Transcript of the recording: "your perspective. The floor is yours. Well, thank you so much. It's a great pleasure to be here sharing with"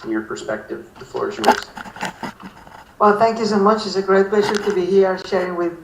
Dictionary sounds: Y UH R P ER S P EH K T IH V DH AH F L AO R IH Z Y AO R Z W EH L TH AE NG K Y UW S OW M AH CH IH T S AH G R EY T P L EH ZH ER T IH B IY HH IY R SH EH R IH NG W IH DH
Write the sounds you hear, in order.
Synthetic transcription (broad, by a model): Y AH R P ER S P EH K T IH V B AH F AO R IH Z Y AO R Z W EH L TH AE NG K Y UW S OW M AH CH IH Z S AH G R EY T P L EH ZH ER T IH B IY HH IY R SH EH R IH NG W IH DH